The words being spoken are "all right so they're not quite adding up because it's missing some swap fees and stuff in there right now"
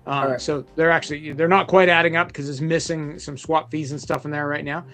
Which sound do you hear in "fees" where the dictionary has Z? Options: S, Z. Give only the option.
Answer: Z